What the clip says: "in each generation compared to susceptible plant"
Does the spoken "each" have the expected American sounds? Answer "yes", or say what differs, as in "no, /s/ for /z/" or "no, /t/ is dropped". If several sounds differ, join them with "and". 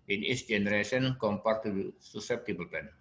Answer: no, /s/ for /tʃ/